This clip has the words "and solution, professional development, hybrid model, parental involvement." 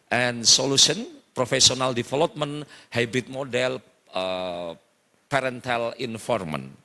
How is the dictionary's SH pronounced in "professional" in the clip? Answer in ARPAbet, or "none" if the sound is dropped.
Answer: S